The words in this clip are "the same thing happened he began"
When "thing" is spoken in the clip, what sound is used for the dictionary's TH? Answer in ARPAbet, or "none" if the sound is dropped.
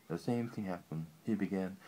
TH